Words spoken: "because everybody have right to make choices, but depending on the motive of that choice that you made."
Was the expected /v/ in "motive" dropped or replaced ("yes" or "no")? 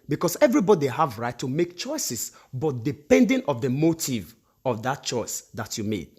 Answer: no